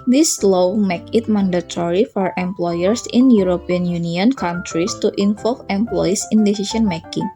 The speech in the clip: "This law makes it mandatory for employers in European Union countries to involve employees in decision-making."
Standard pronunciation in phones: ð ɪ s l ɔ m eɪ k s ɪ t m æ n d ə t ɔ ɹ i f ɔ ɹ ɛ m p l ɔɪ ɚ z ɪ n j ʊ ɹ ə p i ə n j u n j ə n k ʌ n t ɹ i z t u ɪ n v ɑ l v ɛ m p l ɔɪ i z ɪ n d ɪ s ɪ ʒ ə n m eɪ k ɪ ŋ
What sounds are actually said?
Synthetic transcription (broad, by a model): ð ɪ s l ɔ m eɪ k ɪ t m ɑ n d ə t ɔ ɹ i f ɔ ɹ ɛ m p l ɔɪ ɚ s ɪ n j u ɹ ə p i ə n j u n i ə n k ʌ n t ɹ i s t u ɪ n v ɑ l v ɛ m p l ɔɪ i s ɪ n d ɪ s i ʃ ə n m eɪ k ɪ ŋ